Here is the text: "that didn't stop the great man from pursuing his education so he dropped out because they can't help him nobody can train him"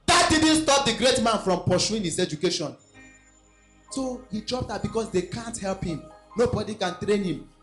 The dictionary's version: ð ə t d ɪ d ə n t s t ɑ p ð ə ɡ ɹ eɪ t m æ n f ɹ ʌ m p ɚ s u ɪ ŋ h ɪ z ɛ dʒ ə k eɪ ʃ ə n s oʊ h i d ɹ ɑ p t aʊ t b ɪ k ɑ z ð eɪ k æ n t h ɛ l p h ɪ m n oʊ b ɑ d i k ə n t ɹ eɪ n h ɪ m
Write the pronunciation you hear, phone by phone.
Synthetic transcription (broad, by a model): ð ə t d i d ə n t s t ɑ p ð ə ɡ ɹ eɪ t m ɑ n f ɹ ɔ m p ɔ ʃ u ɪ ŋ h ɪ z ɛ dʒ ə k eɪ ʃ ə n s oʊ h i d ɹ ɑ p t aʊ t b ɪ k ɑ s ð eɪ k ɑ n t h ɛ l p h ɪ m n oʊ b ɑ d i k ə n t ɹ eɪ n h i m